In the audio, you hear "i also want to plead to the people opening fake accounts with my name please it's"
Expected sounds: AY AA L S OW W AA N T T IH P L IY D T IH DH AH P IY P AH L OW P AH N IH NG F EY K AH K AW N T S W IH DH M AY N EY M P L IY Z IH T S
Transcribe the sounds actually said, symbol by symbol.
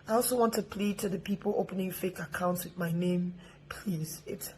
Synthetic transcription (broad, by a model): AY AA L S OW W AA N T T IH P L IY D T IH DH AH P IY P AH L OW P AH N IH NG F EY K AH K AW N T S W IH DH M AY N EY M P L IY Z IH T S